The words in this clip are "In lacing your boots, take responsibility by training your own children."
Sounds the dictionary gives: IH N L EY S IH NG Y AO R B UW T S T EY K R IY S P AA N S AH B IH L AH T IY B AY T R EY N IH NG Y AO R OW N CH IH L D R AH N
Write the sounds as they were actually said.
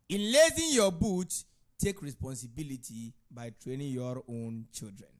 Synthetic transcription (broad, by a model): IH N L EY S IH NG Y AO B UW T T EY K R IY S P AA N S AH B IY L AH T IY B AY T R EY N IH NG Y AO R OW N CH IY L D R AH N